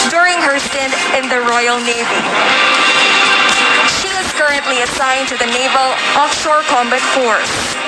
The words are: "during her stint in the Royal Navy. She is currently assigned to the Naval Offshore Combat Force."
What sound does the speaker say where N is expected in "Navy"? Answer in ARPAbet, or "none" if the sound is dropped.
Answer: N